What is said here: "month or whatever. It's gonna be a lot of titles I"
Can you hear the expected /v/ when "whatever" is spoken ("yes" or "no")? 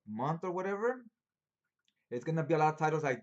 yes